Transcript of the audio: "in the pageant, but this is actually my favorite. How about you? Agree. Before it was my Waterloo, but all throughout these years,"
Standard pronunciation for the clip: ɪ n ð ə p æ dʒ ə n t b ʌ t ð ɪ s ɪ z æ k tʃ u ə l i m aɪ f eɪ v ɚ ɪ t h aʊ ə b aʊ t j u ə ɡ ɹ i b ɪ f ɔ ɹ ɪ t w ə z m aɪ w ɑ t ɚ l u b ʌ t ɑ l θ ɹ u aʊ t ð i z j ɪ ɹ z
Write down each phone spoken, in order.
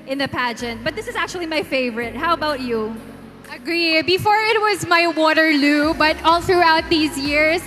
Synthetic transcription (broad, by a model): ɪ n ð ə p æ dʒ ə n t b ʌ t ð ɪ s ɪ z æ k tʃ u ə l i m aɪ f eɪ v ɚ ɪ t h aʊ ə b aʊ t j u ə ɡ ɹ i b ɪ f ɔ ɹ ɪ t w ə z m aɪ w ɑ t ɚ l u b ʌ t ɑ l θ ɹ u aʊ t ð i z j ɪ ɹ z